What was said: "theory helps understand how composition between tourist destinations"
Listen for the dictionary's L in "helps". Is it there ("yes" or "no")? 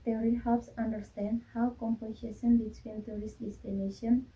no